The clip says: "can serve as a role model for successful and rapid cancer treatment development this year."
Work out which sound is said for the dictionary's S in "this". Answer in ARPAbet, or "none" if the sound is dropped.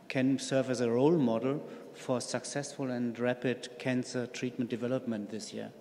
S